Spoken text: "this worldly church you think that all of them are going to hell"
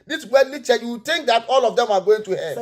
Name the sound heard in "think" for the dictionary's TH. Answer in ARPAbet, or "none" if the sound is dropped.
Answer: T